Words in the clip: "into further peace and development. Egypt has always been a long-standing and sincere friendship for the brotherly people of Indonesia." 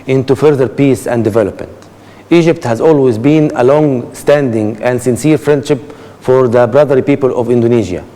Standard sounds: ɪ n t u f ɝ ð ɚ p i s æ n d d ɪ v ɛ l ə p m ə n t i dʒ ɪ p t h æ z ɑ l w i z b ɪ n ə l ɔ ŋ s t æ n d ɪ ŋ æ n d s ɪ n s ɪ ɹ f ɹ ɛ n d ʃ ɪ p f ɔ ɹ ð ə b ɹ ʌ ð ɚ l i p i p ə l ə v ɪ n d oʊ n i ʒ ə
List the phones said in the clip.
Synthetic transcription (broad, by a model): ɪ n t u f ɝ ð ɚ p i s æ n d d ɪ v ɛ l ə p m ə n t i dʒ ɪ p t h æ z ɑ l w i z b ɪ n ə l ɔ ŋ s t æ n d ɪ ŋ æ n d s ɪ n s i ɹ f ɹ ɛ n d ʃ ɪ p f ɔ ɹ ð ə b ɹ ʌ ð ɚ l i p i p ə l ə v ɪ n d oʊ n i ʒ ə